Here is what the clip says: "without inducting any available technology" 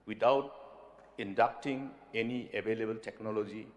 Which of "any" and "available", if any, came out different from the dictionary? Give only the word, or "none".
available